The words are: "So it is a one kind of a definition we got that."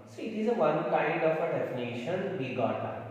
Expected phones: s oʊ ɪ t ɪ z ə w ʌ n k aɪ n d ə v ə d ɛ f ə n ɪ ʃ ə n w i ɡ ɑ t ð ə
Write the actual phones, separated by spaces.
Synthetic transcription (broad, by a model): s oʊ ɪ t ɪ z ə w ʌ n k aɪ d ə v ə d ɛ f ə n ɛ ʃ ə n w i ɡ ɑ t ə